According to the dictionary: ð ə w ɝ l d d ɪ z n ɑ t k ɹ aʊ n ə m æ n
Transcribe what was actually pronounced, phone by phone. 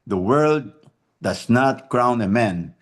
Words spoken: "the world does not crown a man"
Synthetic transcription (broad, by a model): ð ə w ɝ l d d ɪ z n ɑ t k ɹ aʊ n ə m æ n